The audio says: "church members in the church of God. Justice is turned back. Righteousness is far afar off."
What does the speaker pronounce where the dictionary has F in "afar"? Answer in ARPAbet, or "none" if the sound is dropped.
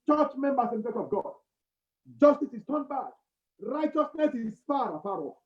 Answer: P